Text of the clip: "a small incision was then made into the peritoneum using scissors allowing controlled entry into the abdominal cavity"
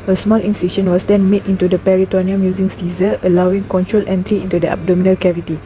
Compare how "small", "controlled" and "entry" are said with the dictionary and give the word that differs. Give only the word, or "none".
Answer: controlled